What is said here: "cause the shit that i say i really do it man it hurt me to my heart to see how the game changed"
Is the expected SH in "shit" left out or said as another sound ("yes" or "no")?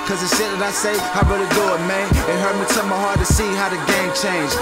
yes